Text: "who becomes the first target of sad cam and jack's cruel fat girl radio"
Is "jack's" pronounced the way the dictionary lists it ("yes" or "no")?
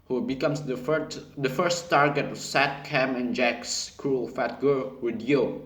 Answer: yes